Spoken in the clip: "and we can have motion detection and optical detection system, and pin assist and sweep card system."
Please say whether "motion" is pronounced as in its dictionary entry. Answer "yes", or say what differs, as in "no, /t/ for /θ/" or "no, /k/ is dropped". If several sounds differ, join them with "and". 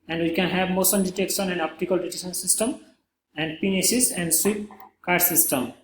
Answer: no, /s/ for /ʃ/